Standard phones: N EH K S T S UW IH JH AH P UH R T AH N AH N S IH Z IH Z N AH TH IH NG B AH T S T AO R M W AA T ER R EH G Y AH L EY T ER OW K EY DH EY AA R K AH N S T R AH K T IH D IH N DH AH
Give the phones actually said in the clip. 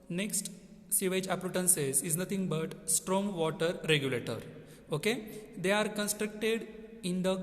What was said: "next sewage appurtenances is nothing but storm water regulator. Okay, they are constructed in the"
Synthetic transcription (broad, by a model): N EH K S T S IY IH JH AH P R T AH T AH N S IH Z IH Z N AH T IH NG B AH T S T AO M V AA T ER R EH G Y AH L EY T ER OW K EY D EY AA R K AH N S T R AH K T IH D IH N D AH